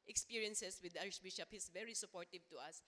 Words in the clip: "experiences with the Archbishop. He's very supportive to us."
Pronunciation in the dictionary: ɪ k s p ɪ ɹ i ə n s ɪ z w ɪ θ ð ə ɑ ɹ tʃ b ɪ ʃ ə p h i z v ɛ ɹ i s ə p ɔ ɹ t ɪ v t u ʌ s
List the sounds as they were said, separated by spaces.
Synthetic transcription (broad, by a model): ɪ k s p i ɹ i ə n s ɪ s w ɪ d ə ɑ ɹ ʃ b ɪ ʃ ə p h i s v ɛ ɹ i s ə p ɔ ɹ t ɪ v t u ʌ s